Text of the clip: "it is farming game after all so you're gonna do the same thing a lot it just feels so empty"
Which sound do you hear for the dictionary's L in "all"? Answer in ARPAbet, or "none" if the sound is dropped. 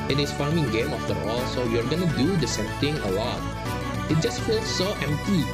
L